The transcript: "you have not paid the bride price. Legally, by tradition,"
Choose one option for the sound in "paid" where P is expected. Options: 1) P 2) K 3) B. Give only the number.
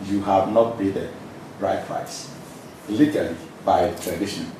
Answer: 3